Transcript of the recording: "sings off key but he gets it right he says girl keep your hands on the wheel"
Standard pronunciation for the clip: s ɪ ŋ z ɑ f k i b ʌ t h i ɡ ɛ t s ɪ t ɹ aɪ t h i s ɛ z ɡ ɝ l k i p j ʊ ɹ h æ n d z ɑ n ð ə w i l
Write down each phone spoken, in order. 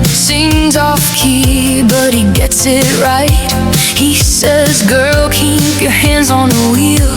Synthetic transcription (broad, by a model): s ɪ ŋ z ɑ f k i b ʌ t h i ɡ ɛ t s ɪ t ɹ aɪ t h i s ɛ z ɡ ɝ l k i p j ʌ ɹ h æ n d z n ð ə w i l